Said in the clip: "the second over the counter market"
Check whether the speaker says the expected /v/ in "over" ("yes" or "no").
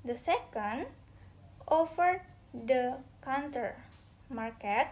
no